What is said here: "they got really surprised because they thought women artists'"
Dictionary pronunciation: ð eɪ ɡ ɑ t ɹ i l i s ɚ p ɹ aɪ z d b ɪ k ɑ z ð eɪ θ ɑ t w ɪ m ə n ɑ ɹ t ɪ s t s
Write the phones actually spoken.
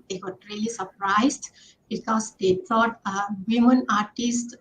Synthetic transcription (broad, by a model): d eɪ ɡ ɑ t ɹ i l i s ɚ p ɹ aɪ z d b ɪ k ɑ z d eɪ t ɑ t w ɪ m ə n ɑ ɹ t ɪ s t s